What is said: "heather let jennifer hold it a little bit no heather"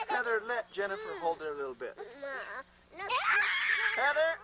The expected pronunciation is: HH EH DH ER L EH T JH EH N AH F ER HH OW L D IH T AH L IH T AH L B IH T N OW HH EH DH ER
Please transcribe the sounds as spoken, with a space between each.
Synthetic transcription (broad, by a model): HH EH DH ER L EH T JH EH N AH F ER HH OW L D IH T AH L IH T L B IH T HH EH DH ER